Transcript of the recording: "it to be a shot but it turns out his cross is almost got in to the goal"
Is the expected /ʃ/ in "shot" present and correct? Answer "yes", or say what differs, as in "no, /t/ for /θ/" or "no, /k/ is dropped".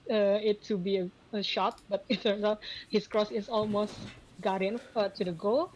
yes